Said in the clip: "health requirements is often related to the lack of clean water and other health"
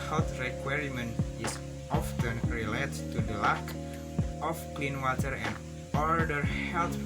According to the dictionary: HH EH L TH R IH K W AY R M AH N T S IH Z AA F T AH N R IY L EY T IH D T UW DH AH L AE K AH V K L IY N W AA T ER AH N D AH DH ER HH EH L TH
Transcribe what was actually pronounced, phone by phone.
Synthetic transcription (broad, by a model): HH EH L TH R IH K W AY R M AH N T IH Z AA F T AH N R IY L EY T T UW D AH L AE K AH F K L IY N W AA T ER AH N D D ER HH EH L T